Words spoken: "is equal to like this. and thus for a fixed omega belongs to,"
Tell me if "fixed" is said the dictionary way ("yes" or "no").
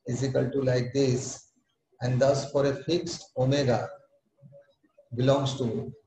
yes